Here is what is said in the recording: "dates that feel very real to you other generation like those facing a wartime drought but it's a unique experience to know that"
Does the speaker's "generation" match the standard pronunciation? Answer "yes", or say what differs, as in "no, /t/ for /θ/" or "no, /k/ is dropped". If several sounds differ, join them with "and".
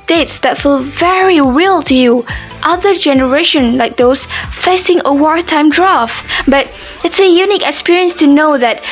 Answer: yes